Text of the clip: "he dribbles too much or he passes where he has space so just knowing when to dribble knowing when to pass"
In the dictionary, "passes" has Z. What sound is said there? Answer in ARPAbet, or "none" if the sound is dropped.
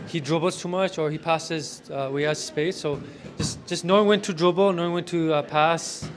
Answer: Z